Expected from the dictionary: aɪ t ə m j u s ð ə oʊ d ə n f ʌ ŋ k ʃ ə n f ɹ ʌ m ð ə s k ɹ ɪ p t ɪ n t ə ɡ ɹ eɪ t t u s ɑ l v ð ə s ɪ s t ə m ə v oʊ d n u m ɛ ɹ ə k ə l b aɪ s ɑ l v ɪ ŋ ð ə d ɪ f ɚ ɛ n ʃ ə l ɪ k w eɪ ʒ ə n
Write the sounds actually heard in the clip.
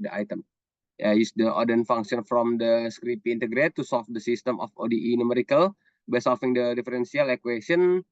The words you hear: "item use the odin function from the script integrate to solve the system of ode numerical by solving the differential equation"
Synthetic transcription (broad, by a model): aɪ t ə m j u s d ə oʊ d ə n f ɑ ŋ k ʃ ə n f ɹ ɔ m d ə s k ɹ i p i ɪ n t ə ɡ ɹ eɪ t t u s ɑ l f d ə s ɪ s t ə m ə f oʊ d n u m ɛ ɹ ə k ə l b aɪ s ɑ l f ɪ ŋ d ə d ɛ f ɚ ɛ n s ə l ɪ k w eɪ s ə n